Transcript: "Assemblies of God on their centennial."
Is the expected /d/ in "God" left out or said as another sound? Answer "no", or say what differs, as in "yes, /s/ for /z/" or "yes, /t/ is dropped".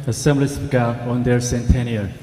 yes, /d/ is dropped